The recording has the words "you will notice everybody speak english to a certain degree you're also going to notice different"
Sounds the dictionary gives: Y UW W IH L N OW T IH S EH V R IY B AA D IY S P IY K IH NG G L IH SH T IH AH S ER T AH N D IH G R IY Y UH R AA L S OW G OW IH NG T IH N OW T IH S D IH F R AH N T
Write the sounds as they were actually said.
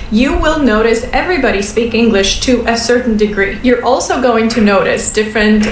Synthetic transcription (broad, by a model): Y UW W IH L N OW T IH S EH V R IY B AA D IY S P IY K IH NG G L IH SH T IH AH S ER T N D IH G R IY Y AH R AA L S OW G OW IH NG T IH N OW T IH S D IH F R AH N T